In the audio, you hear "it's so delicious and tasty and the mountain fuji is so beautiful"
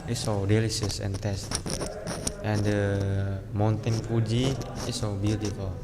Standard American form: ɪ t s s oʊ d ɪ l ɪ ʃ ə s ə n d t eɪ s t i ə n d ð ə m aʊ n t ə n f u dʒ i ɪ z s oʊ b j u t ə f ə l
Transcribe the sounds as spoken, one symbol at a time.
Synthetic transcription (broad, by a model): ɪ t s s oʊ d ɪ l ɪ s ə s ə n t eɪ s t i ə n d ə m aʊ n t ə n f u dʒ i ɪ s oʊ b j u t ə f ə l